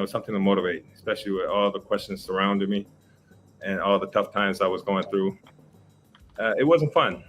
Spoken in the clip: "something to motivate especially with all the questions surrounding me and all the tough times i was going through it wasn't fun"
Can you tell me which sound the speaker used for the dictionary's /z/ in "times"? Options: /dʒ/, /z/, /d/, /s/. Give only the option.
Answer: /z/